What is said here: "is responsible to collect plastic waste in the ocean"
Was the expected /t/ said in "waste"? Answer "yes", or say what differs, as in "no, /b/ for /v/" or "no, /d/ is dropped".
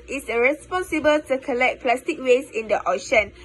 no, /t/ is dropped